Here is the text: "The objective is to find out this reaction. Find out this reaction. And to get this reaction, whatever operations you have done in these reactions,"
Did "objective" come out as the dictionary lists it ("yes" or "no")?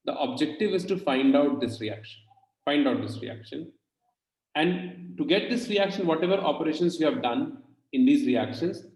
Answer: yes